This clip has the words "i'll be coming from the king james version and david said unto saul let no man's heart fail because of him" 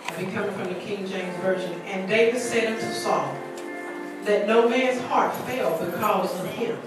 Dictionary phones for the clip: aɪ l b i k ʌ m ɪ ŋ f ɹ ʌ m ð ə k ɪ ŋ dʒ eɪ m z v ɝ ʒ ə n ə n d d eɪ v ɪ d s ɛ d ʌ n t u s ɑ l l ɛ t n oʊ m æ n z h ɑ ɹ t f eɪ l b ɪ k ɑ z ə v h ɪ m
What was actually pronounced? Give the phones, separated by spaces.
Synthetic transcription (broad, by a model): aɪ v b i k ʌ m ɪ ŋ f ɹ ʌ m ð ə k ɪ ŋ dʒ eɪ m z v ɝ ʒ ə n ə n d d eɪ v ɪ d s ɛ d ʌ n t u s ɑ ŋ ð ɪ t n oʊ m æ n z h ɑ ɹ t f eɪ l b ɪ k ɑ z ə v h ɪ